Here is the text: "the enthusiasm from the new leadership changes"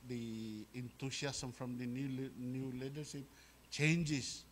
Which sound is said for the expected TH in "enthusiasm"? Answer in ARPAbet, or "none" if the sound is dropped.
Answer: T